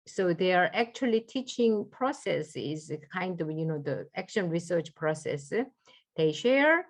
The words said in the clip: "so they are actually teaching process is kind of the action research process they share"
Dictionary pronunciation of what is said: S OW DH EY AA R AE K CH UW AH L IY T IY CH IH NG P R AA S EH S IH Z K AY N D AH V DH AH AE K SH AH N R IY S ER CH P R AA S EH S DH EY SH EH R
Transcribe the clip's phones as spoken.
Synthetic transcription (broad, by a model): S OW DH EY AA R AE K CH UW AH L IY T IY CH IH NG P R AA S EH S IH Z K AY N D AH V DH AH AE K SH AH N R IY S ER CH P R AA S EH S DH EY SH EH R